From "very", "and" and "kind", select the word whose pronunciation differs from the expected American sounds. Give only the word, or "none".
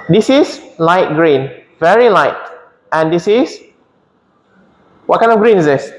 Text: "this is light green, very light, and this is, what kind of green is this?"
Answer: kind